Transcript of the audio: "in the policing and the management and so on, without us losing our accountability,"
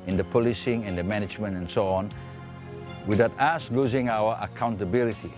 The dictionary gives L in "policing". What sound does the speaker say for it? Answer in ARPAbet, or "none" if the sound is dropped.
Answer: L